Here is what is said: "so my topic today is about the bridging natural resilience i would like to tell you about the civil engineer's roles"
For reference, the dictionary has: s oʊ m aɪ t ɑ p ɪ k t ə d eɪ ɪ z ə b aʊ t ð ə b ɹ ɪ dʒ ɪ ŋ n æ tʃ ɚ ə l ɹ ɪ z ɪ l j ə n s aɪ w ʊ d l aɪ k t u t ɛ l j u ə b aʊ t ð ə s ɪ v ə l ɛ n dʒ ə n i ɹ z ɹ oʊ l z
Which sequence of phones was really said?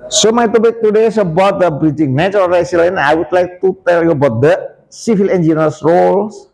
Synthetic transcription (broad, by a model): s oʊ m aɪ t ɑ b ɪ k t ə d eɪ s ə b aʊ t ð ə b ɹ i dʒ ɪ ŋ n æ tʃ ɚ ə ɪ s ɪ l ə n aɪ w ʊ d l aɪ k t u t ɛ l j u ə b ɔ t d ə s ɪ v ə l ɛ n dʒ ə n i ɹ s ɹ oʊ l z